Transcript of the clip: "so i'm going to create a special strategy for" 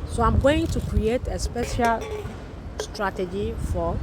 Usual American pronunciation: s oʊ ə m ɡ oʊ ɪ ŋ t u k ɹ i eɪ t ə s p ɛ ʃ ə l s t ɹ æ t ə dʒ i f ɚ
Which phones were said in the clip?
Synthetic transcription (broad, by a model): s oʊ ə m ɡ oʊ ɪ ŋ t u k ɹ i eɪ t ə s p ɛ ʃ ə l s t ɹ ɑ t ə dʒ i f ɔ